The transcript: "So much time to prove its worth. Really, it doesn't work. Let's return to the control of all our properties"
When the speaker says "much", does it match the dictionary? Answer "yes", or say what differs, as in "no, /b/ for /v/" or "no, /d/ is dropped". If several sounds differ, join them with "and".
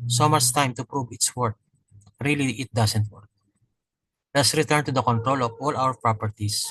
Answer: no, /s/ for /tʃ/